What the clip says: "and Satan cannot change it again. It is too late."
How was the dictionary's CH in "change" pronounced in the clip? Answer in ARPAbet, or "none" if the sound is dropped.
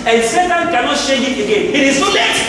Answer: SH